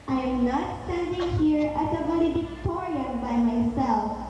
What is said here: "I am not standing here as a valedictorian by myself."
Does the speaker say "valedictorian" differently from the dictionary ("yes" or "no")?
yes